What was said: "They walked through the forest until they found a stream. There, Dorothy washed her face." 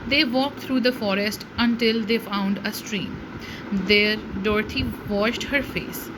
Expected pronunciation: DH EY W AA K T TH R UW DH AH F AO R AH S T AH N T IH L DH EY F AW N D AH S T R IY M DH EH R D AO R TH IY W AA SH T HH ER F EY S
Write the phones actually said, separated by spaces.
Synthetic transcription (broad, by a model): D EY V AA K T R UW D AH F AO R AH S T AH N T IH L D EY F AW N D AH S T R IY M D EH R D AO R T IY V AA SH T HH ER F EY S